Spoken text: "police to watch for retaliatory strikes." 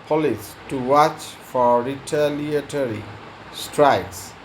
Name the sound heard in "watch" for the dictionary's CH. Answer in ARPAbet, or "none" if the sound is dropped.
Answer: CH